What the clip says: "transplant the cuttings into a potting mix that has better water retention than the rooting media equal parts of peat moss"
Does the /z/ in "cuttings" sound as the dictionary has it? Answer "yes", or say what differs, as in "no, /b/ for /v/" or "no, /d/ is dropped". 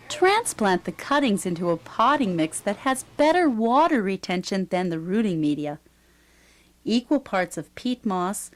yes